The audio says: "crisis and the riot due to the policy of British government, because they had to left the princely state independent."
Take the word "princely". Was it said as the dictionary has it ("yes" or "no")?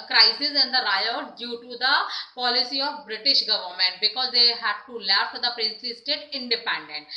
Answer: no